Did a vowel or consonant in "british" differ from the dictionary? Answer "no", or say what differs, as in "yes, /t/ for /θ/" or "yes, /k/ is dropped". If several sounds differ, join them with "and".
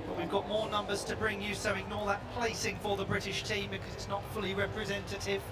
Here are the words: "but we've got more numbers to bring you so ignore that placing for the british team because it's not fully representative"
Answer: no